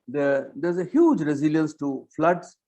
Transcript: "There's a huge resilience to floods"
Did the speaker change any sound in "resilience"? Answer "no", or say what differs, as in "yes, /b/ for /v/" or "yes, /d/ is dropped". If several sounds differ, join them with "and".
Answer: no